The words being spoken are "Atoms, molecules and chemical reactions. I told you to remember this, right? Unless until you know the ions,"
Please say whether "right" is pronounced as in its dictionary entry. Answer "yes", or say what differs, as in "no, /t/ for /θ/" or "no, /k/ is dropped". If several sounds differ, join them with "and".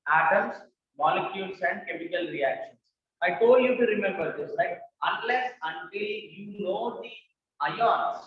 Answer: no, /l/ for /ɹ/